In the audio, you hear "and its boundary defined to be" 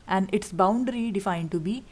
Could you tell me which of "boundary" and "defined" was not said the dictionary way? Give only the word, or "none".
none